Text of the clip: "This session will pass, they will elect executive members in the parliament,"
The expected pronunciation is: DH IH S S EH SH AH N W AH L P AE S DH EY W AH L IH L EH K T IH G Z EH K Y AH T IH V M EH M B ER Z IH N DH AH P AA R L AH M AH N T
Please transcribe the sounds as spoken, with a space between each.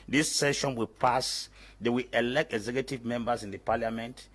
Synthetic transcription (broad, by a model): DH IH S S EH SH AH N W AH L P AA S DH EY W AH L IH L EH K T IH G Z EH K Y AH T IH V M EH M B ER S IH N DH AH P AA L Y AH M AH N T